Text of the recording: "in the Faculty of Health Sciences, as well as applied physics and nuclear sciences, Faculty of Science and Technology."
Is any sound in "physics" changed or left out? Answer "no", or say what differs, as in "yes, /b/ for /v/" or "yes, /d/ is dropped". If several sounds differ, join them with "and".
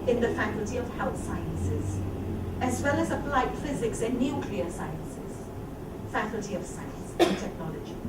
no